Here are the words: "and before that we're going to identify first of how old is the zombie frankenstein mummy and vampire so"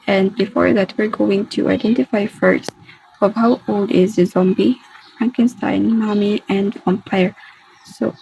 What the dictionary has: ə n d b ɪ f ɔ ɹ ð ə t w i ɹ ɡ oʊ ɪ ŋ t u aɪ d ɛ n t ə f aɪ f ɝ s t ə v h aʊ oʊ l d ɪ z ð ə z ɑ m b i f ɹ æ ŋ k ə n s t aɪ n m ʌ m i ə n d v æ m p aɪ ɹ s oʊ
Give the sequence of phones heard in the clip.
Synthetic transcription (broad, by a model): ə n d b ɪ f ɔ ɹ ð ə t w i ɹ ɡ oʊ ɪ ŋ t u aɪ d ɛ n t ə f aɪ f ɝ s t ə v h aʊ oʊ l d ɪ z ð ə z ɑ m b i f ɹ æ ŋ k ə n s t aɪ n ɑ m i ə n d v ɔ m p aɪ ɹ s oʊ